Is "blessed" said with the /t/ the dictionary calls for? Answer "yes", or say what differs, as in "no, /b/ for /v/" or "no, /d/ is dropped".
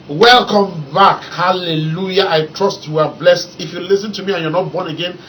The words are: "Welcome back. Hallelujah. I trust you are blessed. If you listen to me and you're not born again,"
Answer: yes